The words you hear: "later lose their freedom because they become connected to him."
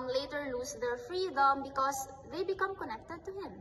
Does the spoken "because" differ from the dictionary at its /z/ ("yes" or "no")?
yes